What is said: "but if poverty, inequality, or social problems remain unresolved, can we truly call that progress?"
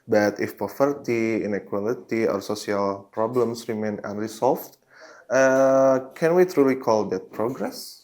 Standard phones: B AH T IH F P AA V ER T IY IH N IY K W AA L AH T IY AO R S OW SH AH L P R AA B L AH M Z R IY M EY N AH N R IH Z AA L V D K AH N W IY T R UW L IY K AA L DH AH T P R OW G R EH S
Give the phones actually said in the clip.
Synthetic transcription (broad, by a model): B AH T IH F P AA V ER T IY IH N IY K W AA L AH T IY AO R S OW S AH L P R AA B L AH M S R IY M EY N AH N R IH S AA L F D K AH N W IY T R UW L IY K AA L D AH T P R OW G R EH S